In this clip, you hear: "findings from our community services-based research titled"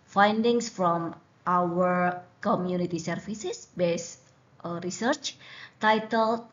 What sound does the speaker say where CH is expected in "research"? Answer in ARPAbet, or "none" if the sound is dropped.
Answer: CH